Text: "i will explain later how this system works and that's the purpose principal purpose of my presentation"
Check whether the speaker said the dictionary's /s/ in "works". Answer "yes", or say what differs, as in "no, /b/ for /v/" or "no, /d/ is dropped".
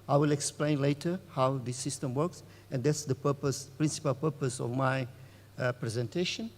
yes